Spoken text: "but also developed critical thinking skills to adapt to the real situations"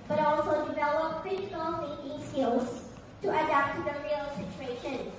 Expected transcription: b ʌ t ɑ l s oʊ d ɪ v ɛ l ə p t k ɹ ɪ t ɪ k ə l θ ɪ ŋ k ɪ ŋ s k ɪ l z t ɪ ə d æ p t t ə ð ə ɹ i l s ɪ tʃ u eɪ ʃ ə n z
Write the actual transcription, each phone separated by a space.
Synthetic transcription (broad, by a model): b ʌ t ɑ l s oʊ d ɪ v ɛ l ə p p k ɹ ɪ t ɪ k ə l f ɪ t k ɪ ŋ s k ɪ l z t ɪ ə d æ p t t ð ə ɹ i l s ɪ tʃ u eɪ ʃ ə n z